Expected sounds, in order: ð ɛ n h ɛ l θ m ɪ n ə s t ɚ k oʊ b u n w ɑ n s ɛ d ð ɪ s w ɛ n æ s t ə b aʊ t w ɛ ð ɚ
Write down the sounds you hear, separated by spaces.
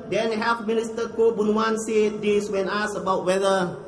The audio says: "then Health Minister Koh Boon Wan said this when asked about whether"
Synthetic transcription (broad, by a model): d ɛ n h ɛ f m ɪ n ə s t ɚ k oʊ b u n w ɑ n s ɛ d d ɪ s w ɛ n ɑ s ə b aʊ t w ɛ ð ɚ